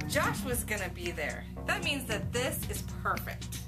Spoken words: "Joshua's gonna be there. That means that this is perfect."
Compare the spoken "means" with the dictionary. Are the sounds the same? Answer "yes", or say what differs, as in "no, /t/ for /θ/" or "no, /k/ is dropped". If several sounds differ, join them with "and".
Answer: yes